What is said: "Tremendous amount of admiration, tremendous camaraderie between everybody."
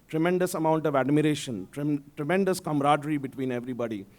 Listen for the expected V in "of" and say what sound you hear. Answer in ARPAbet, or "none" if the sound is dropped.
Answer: V